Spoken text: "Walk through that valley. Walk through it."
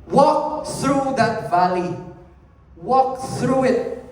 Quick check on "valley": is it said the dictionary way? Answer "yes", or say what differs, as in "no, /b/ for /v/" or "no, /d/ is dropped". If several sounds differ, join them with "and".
yes